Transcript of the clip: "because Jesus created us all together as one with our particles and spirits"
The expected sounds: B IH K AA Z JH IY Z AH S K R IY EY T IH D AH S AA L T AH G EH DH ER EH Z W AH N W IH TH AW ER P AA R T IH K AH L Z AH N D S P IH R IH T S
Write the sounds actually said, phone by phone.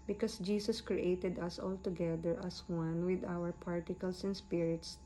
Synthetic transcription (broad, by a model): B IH K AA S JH IY S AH S K R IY EY T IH D AH S AA L T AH G EH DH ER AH S W AH N W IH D AW ER P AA R T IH K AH L S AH N S P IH R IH T S